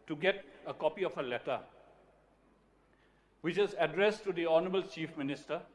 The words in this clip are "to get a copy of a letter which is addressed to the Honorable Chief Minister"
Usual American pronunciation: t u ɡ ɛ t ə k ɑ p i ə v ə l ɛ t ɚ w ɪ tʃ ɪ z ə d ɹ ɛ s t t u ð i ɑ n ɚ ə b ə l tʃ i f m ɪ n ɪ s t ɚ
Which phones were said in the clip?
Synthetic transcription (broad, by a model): t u ɡ ɛ t ə k ɑ p i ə f ə l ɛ t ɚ w ɪ tʃ ɪ z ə d ɹ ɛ s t t u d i ɑ n ɚ ə b ə l tʃ i f m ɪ n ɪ s t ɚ